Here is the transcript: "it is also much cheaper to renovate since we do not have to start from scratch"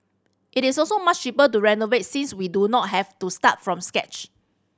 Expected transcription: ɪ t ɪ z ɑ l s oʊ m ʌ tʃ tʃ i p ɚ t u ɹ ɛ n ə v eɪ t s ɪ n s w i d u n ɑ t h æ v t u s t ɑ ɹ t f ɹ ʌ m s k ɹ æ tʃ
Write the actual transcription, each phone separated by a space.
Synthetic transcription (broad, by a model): ɪ t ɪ s ɑ l s oʊ m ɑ tʃ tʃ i p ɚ t u ɹ ɛ n ə v eɪ t s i n s w i d u n ɑ t h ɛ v t u s t ɑ t f ɹ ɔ m s k ɛ tʃ